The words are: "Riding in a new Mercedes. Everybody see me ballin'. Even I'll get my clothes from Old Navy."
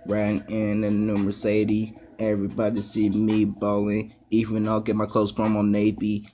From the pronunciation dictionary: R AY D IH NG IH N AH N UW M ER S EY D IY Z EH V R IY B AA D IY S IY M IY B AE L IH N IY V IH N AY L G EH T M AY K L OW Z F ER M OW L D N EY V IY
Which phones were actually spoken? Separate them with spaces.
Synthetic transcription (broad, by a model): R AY IH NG IH N AH N UW M ER S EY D IY EH V R IY B AA D IY S IY M IY B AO L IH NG IY V IH N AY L G EH T M AY K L OW S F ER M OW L N EY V IY